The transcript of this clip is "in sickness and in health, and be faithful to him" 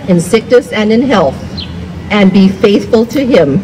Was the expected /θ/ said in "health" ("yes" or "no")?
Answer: yes